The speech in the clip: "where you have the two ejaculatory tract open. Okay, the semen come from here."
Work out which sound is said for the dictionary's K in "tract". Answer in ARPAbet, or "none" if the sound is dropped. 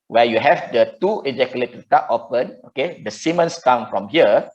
none